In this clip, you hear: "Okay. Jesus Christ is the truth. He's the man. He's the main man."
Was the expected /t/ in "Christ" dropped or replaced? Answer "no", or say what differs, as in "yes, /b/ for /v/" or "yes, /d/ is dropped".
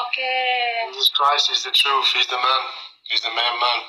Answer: yes, /t/ is dropped